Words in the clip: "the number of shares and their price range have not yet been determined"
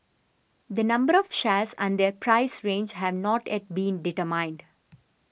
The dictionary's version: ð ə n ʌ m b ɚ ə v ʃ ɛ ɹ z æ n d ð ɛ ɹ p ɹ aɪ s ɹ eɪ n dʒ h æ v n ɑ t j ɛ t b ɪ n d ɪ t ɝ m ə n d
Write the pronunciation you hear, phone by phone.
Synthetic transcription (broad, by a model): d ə n ʌ m b ɚ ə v ʃ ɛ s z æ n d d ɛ ɹ p ɹ aɪ s ɹ eɪ n dʒ h æ v n ɑ t j ɛ t b ɪ n d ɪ t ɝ m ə n d